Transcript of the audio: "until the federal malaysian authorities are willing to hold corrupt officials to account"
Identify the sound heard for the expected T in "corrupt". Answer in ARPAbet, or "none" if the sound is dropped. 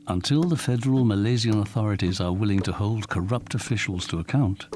T